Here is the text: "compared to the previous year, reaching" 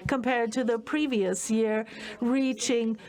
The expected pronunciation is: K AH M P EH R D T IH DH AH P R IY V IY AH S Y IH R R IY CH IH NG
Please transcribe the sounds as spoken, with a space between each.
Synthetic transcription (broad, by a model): K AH M P EH R D T IH DH AH P R IY V IY AH S Y IH R R IY CH IH NG